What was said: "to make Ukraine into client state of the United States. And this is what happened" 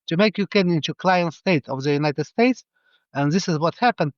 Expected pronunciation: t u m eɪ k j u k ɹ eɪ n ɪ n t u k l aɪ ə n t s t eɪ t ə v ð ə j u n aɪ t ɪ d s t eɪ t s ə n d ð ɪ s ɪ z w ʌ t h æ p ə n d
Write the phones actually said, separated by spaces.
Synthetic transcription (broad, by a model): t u m eɪ k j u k eɪ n ɪ n t u k l aɪ ə n t s t eɪ t ə v ð ə j u n aɪ t ɪ d s t eɪ t s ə n ð ɪ s ɪ z w ʌ t h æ p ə n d